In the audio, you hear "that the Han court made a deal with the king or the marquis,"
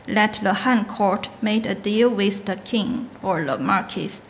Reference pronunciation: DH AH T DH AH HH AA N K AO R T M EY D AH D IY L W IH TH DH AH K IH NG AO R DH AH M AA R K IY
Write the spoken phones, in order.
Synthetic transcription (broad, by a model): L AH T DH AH HH AA N K AO R T M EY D AH D IY L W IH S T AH K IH NG AO R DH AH M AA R K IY